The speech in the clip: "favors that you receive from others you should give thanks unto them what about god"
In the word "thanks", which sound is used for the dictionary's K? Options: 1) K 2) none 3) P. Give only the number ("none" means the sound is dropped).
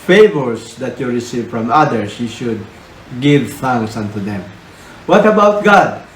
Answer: 2